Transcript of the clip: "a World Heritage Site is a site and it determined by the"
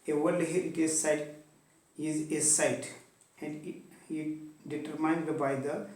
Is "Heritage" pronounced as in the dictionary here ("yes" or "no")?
no